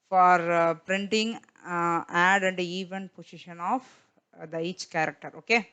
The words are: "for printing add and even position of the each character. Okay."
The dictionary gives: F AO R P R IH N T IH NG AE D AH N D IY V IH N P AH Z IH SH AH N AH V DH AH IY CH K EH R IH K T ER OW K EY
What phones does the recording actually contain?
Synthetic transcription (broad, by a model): F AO R P R IH N T IH NG AE D AH N D IY V IH N P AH S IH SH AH N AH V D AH IY CH K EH R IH K T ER OW K EY